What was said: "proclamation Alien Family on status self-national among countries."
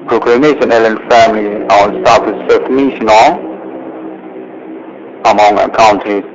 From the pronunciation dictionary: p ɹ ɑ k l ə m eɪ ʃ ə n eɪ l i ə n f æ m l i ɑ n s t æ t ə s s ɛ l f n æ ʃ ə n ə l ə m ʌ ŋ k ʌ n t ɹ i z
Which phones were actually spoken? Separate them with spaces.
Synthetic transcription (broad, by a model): p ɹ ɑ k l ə m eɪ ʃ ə n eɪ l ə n f æ m l i ɑ n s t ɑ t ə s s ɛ f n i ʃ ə n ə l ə m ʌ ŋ k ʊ n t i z